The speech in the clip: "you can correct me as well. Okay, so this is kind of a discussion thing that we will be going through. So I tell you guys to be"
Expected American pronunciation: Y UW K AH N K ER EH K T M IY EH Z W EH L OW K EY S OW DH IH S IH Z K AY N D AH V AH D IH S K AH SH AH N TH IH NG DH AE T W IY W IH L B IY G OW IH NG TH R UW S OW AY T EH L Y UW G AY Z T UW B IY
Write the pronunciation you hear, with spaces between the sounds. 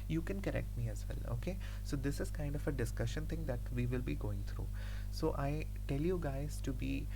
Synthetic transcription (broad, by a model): Y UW K AH N K ER EH K T M IY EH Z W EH L OW K EY S OW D IH S IH Z K AY N D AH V AH D IH S K AH SH AH N T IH NG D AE T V IY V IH L B IY G OW IH NG T R UW S OW AY T EH L Y UW G AY Z T UW B IY